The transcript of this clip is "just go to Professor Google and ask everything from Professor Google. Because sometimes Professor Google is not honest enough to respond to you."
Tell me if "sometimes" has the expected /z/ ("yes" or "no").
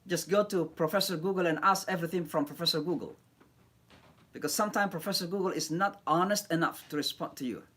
no